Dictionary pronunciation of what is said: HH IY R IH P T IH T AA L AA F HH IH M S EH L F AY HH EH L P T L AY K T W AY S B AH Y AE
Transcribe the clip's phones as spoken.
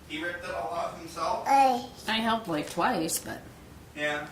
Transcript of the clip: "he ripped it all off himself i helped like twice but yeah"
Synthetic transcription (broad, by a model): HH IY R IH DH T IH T AA L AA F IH S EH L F AY HH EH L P L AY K T W AY S B AH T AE